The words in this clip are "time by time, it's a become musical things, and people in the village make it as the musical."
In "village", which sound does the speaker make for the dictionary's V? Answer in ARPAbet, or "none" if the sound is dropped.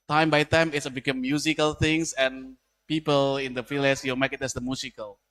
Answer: F